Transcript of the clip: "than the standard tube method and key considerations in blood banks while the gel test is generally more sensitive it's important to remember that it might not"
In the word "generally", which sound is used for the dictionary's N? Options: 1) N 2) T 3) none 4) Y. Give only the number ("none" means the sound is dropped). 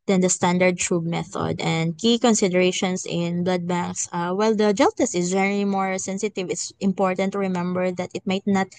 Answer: 3